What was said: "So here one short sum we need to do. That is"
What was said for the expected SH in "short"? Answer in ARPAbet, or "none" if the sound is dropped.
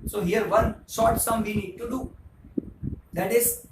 S